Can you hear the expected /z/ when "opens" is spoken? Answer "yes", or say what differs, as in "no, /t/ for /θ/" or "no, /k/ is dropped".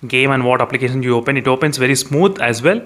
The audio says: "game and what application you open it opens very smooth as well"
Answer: no, /s/ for /z/